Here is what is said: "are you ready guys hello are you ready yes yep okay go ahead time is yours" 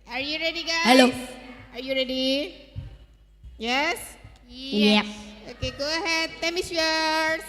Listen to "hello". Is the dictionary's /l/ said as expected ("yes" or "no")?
yes